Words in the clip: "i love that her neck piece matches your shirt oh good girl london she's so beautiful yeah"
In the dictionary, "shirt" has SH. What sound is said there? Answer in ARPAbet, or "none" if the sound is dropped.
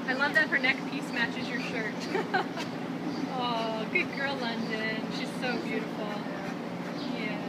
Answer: SH